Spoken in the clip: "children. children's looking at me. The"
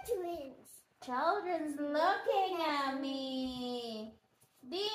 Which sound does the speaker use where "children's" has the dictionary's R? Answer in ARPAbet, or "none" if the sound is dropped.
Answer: R